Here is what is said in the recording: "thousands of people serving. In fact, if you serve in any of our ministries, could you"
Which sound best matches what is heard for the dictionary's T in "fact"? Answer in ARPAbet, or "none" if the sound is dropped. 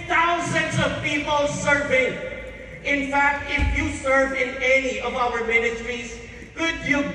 T